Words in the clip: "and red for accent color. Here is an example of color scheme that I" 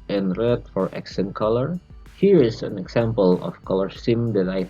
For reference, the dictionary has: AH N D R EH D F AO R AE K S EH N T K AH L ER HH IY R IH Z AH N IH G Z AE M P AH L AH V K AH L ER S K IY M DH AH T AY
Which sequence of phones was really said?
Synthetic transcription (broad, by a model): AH N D R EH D F AO R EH K S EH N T K AH L ER HH IY R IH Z AH N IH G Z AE M P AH L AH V K AH L ER S IY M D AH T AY